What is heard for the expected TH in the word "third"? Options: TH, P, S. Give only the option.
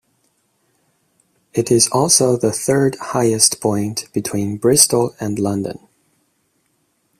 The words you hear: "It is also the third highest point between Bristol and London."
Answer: TH